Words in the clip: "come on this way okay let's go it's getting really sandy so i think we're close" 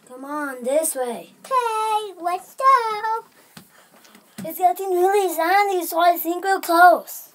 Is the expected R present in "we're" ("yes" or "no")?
no